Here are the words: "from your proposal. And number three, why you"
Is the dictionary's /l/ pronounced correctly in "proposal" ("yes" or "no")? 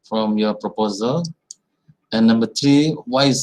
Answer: yes